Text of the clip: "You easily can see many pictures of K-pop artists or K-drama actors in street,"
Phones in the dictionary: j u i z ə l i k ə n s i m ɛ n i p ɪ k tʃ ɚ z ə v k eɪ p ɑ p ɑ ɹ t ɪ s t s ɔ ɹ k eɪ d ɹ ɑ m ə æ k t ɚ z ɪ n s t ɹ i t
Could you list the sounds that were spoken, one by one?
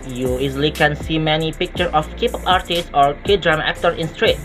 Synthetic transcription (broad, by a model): j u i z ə l i k ə n s i m ɛ n i p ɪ k tʃ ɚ ə f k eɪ p ɑ p ɑ ɹ t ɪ s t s ɔ ɹ k eɪ d ɹ ɑ m ə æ k t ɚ s ɪ n s t ɹ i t